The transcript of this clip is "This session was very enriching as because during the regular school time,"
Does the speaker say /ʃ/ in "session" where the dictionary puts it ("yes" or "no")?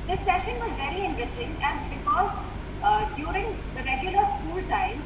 yes